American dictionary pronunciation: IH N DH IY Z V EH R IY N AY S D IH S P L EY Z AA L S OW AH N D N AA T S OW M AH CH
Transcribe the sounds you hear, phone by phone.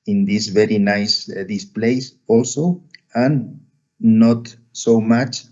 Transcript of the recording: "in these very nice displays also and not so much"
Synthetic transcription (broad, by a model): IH N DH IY S V EH R IY N AY S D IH S P L EY S AA L S OW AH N N AA T S OW M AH CH